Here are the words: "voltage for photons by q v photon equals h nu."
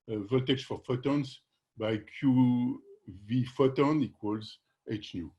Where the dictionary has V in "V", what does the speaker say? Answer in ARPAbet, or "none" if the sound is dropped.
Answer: V